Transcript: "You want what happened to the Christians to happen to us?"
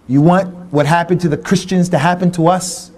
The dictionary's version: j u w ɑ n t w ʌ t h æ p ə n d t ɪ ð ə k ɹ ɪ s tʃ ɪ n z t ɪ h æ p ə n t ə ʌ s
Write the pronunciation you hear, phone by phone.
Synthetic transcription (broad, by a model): j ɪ w ɑ n t w ʌ t h æ p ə n t ɪ ð ə k ɹ ɪ s tʃ ɪ n z t ɪ h æ p ə n t ə ʌ s